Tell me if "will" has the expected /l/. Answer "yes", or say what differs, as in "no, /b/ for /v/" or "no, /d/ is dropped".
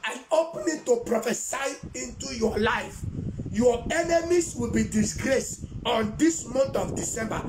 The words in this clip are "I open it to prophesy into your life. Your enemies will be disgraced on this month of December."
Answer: yes